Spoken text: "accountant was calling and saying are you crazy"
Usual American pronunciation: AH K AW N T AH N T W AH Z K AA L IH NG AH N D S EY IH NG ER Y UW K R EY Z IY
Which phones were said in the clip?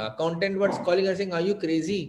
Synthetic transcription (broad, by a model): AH K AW N T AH N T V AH S K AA L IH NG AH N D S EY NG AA Y UW K R EY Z IY